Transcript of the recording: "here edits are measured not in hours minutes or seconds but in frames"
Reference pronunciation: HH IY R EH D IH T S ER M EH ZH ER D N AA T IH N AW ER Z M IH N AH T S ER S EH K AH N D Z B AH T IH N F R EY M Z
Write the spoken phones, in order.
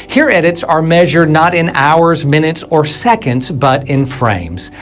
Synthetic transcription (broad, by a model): HH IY R EH D IH T S ER M EH ZH ER D N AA T IH N AW ER Z M IH N AH T S ER S EH K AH N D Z B AH T IH N F R EY M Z